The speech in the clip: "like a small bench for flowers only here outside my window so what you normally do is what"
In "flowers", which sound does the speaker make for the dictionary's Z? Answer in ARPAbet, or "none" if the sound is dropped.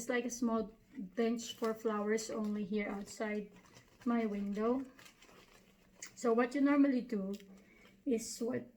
S